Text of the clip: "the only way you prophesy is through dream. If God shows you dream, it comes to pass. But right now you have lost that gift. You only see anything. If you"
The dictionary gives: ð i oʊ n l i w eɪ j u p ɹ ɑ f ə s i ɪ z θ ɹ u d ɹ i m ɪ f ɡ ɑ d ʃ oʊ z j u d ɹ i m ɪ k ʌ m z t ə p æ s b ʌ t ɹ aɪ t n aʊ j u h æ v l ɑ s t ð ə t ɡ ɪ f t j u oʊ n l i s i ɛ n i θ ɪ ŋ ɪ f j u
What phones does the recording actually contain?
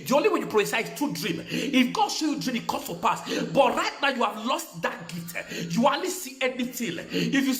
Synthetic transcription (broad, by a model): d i oʊ n l i w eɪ j u p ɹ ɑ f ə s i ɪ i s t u d ɹ i m ɪ f ɡ ɑ d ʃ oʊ j u d ɹ i m ɪ k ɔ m s t ə p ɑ s b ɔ t ɹ aɪ t n aʊ j u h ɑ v l ɑ s t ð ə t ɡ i t j u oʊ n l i s i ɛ n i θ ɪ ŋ ɪ f j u